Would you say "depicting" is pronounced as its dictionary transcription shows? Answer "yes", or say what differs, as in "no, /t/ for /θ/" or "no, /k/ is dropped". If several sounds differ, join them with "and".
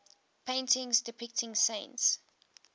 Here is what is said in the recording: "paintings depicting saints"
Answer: yes